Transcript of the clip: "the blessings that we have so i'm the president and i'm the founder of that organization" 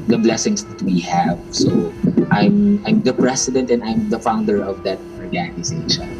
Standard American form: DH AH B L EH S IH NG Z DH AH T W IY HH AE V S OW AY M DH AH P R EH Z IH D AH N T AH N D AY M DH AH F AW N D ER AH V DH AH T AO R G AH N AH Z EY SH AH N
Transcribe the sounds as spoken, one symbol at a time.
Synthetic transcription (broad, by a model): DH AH B L EH S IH NG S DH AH T W IY HH AE V S OW AY M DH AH P R EH S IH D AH N T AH N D AY M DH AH F AW N D ER AH V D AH T AO R G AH N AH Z EY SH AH N